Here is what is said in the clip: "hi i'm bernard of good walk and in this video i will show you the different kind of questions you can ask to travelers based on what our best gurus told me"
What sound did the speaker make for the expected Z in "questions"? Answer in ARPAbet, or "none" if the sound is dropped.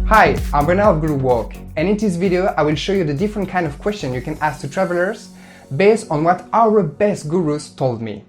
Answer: none